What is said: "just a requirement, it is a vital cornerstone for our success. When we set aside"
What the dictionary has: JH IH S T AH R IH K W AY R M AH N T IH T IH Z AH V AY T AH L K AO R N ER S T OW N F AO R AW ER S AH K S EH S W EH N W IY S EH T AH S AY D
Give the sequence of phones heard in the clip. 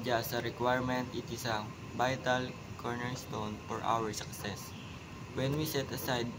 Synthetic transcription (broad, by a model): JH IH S AH R IH K W AY R M AH N T IH T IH S AH B AY T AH L K AO R N ER S T OW N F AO R AW ER S AH K S EH S W EH N W IY S EH T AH S AY D